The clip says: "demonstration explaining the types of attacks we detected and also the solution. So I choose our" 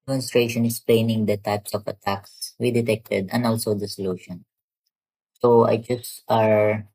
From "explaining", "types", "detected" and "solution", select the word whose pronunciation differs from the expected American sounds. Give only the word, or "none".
explaining